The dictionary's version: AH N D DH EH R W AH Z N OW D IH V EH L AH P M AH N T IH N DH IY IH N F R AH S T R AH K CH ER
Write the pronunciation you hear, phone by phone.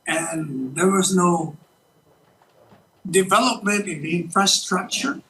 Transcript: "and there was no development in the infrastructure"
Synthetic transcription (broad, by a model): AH N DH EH R W AH Z N OW D IH V EH L AH P M AH N T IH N DH IY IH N F R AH S T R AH K CH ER